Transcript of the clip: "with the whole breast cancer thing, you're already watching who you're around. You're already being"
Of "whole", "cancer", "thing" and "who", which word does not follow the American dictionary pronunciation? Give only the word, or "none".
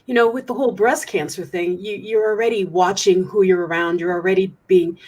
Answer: none